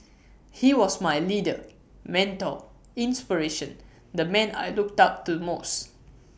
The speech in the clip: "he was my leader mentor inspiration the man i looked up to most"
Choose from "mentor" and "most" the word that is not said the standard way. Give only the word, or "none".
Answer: mentor